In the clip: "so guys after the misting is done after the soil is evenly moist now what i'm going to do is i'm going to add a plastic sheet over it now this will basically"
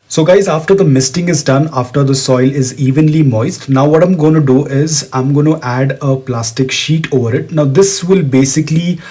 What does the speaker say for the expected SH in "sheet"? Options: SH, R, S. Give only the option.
SH